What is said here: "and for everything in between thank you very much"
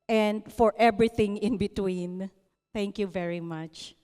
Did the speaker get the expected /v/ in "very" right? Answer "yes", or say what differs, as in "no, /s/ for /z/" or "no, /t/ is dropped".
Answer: yes